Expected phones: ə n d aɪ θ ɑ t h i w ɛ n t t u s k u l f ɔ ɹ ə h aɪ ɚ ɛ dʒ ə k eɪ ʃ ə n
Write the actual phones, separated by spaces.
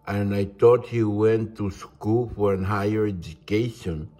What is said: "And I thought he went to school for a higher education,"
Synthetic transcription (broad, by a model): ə n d aɪ t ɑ t h i w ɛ n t t u s k u l f ɔ ɹ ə h aɪ ɚ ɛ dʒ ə k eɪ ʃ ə n